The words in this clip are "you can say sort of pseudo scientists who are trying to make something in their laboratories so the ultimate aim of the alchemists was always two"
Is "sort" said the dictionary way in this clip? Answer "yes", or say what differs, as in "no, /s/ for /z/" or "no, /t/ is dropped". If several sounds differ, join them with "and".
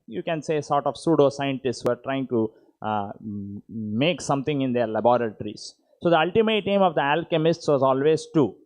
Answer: yes